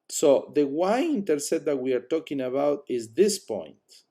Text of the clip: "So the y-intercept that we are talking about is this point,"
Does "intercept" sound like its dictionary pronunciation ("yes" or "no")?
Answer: no